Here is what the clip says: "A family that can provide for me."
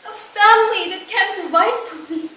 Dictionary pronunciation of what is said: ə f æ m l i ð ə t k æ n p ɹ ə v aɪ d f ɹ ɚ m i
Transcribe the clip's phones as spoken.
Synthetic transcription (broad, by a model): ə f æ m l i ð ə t k æ n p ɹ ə ɪ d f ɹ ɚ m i